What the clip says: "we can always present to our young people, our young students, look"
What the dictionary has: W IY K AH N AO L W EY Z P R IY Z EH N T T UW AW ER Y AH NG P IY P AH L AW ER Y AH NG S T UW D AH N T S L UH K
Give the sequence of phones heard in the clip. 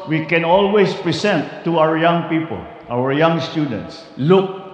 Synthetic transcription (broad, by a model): W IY K AH N AO L W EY S P R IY S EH N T T UW AW ER Y AH NG P IY P AH L AW ER Y AH NG S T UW D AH N T S L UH K